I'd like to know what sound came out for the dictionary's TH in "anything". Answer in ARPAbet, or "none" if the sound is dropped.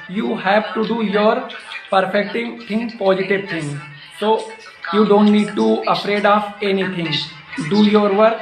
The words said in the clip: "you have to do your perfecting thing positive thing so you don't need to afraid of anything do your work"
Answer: T